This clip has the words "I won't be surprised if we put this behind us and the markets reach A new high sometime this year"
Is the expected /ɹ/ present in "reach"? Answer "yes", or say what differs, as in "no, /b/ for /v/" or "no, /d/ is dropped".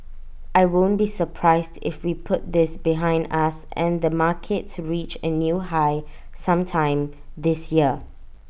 yes